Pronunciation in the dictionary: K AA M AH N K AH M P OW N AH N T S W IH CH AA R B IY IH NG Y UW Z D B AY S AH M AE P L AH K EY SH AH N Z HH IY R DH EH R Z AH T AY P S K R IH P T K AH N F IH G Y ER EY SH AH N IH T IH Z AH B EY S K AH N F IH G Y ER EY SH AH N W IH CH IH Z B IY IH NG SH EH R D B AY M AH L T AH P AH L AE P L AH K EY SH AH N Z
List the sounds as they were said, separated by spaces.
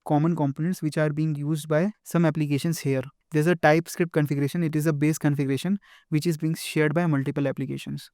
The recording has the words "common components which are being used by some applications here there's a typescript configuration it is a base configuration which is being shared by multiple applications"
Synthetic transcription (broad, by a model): K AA M AH N K AH M P OW N AH N T S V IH CH AA R B IY IH NG Y UW Z D B AY S AH M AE P L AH K EY SH AH N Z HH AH R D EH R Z AH T AY P S K R IH P T K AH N F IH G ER EY SH AH N IH T IH Z AH B EY S K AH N F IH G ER EY SH AH N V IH CH IH Z B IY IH NG SH EH R D B AY M AH L T AH P AH L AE P L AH K EY SH AH N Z